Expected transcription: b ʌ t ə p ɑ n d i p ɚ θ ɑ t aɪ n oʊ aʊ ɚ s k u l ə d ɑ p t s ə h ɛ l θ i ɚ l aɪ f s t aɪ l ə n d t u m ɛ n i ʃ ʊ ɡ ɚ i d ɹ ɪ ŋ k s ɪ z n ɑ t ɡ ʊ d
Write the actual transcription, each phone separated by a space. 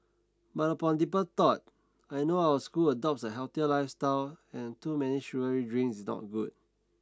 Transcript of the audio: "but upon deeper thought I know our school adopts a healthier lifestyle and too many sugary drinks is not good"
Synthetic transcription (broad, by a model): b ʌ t ə p ɑ n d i p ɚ t ɑ t aɪ n oʊ aʊ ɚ s k u l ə d ɑ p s ə h ɛ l t i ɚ l aɪ f s t aɪ l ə n t u m ɛ n i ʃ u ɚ i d ɹ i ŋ s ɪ s n ɑ t ɡ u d